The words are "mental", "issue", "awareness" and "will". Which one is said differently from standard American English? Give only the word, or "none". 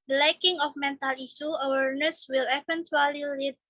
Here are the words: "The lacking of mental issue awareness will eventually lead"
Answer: issue